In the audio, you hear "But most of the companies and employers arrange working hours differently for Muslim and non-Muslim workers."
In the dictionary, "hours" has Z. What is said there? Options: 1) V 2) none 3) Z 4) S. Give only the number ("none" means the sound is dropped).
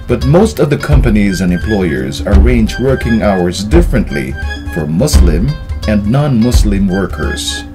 3